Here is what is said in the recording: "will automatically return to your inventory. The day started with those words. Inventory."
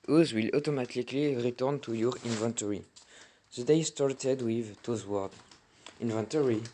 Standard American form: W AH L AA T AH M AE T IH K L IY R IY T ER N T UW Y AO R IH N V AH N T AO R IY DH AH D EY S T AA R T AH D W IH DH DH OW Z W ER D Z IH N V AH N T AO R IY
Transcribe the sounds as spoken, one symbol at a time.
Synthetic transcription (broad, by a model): W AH L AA T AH M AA T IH K L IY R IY T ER N T UW Y AO R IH N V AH N T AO R IY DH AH D EY S T AA R T AH D W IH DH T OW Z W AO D IH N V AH N T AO R IY